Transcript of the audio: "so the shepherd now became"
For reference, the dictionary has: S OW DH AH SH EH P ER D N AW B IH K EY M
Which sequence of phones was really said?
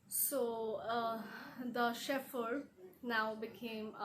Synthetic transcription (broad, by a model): S OW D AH SH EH F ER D N AW B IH K EY M